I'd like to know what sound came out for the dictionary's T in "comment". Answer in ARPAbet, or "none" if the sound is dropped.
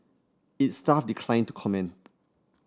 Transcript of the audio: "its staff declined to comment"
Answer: T